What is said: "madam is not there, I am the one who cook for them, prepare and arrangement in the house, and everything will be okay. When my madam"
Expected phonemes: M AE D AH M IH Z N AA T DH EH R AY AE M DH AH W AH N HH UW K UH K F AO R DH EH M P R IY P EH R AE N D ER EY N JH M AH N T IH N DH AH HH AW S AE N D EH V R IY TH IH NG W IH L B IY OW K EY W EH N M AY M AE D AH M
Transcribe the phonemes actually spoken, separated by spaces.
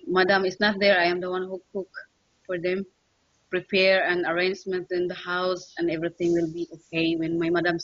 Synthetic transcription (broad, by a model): M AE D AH M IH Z N AA T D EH R AY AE M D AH W AH N HH UW K UH K F AO R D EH M P R IY P EH R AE N ER EY N JH M AH N T IH N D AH HH AW S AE N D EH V R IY T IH NG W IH L B IY OW K EY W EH N M AY M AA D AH M